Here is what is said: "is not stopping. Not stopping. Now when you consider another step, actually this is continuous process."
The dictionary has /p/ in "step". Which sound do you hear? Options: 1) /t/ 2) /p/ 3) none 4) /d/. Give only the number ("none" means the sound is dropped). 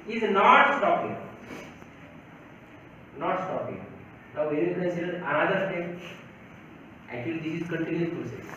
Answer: 3